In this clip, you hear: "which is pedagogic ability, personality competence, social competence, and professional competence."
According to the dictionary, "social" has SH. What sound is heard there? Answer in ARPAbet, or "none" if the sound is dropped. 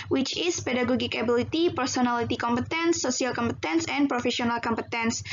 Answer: none